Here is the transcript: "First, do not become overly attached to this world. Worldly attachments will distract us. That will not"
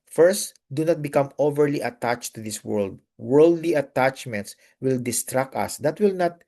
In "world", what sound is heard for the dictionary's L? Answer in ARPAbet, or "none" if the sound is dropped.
L